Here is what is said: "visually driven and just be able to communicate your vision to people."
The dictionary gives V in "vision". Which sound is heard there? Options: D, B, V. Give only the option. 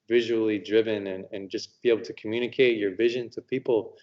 V